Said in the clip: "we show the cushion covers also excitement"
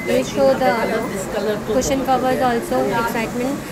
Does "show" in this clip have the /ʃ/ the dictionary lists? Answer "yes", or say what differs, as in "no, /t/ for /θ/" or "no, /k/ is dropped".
no, /s/ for /ʃ/